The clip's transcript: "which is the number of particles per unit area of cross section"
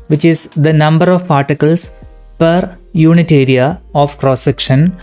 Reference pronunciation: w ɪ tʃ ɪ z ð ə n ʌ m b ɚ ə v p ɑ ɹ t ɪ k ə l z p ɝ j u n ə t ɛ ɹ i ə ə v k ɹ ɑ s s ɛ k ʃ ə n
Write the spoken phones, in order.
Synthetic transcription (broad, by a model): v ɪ tʃ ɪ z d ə n ʌ m b ɚ ə v p ɑ ɹ t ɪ k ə l s p ɝ j u n ə t ɛ ɹ i ə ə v k ɹ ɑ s s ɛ k ʃ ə n